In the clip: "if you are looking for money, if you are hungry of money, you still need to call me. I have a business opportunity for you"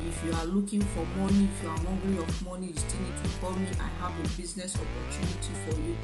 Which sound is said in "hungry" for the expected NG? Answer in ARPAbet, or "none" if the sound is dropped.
none